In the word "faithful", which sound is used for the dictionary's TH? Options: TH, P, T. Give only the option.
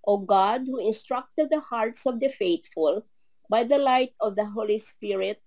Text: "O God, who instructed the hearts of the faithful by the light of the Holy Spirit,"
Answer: T